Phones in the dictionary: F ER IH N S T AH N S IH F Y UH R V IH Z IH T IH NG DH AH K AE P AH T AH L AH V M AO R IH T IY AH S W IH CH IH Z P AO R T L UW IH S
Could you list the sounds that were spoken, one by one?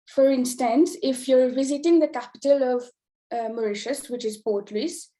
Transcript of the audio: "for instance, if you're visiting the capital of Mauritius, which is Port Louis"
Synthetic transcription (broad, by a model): F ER IH N S T AH N S IH F Y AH R V IH Z IH T IH NG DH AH K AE P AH T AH L AH V M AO R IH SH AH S W IH CH IH Z P AO R T L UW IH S